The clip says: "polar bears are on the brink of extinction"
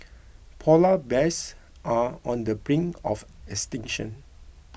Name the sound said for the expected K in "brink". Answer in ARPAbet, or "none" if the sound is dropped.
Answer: none